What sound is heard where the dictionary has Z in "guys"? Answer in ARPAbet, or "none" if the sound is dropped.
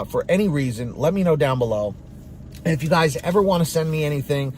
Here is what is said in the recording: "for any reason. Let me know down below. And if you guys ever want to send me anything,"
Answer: Z